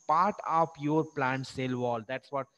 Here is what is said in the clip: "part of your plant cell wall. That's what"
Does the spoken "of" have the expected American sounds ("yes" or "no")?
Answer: no